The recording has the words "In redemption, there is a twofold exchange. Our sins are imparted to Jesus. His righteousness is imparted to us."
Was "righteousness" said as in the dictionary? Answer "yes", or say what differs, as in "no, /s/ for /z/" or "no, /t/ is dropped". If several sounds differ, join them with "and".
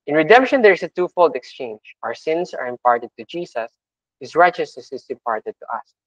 no, /n/ is dropped